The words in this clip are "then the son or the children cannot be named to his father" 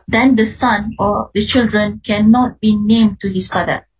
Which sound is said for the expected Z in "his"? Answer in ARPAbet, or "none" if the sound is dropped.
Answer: S